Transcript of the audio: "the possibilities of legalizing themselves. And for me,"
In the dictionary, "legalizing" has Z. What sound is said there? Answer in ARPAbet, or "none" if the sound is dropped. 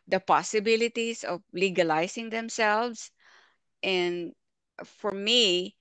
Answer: S